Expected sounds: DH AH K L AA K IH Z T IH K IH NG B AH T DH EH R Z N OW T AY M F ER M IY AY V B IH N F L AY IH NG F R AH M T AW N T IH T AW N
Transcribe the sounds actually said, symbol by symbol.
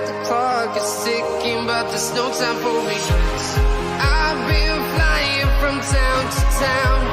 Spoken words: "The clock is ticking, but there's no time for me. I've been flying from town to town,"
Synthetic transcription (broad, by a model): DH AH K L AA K IH Z S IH K IH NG B AH T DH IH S N OW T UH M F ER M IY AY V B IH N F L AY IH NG F R AH M T AW N T IH T AW N